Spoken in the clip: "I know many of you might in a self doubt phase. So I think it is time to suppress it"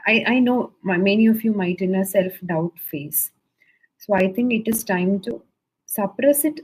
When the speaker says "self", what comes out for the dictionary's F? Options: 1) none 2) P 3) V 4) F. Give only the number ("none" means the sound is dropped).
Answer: 4